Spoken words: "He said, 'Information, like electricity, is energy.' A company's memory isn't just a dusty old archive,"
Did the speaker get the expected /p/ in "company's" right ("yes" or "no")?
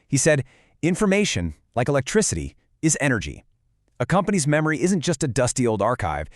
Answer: yes